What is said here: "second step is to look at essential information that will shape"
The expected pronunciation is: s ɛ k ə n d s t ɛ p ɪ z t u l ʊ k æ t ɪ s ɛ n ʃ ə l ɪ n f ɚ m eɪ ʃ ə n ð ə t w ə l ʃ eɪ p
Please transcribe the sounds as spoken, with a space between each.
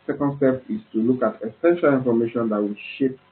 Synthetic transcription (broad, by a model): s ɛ k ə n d s t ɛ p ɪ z t u l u k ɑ t ɪ s ɛ n ʃ ə l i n f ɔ m eɪ ʃ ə n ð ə t w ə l ʃ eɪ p